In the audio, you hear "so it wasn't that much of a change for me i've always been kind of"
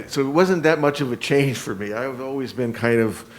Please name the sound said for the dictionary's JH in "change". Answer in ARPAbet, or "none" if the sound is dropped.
ZH